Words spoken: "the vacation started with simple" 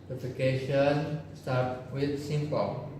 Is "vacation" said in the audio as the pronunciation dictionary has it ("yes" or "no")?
no